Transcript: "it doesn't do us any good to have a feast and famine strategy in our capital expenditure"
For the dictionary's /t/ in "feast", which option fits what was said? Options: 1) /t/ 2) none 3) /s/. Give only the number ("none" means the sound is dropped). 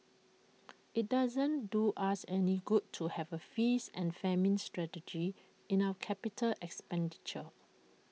2